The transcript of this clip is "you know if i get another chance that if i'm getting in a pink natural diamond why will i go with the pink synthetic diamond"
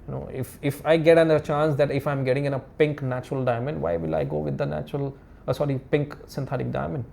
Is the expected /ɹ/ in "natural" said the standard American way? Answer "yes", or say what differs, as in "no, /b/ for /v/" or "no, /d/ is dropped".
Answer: yes